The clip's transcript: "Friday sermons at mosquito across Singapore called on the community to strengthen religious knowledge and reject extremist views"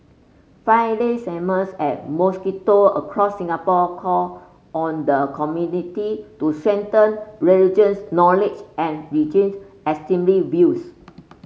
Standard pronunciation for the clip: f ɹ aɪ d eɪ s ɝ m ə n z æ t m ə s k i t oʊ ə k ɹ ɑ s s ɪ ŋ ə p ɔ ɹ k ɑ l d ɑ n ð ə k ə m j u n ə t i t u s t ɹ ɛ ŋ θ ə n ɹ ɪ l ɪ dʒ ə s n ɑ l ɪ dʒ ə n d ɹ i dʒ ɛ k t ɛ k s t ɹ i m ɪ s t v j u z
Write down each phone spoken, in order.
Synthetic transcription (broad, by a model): f aɪ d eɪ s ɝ m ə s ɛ t m ə s k i t oʊ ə k ɹ ɑ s s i ŋ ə p ɔ k ɑ ɑ n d ə k ə m j u n ə t i t u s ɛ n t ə n ɹ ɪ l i dʒ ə s n ɑ l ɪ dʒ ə n ɹ i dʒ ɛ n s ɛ s t i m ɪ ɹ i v j u s